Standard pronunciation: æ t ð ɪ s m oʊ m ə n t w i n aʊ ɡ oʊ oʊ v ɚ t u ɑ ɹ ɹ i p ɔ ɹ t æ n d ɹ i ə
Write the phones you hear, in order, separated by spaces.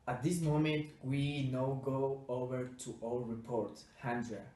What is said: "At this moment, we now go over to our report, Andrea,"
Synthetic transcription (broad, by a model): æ t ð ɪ s m oʊ m ə n t w i n aʊ ɡ oʊ oʊ v ɚ t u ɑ l ɹ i p ɔ ɹ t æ n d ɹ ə